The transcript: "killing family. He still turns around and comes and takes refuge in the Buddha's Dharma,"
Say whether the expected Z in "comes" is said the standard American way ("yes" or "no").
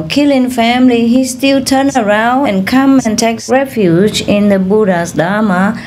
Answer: no